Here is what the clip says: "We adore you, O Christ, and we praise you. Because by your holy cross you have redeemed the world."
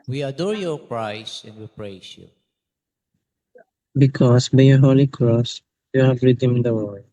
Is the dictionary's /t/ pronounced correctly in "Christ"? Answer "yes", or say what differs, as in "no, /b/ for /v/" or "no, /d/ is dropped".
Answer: no, /t/ is dropped